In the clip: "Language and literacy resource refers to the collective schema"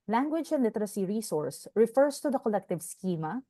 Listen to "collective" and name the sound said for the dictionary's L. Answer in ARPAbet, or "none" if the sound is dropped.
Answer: L